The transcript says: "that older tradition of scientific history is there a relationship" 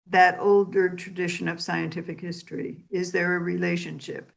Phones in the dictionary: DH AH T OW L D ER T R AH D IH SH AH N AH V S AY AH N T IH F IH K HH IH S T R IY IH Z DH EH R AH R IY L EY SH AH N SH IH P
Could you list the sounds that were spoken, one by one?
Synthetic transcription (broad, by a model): DH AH T OW L D ER T R AH D IH SH AH N AH V S AY AH N T IH F IH K HH IH S T R IY IH Z DH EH R AH R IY L EY SH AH N SH IH P